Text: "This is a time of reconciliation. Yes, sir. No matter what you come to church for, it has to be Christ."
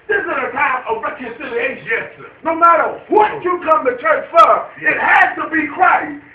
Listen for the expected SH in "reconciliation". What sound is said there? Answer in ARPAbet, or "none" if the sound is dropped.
none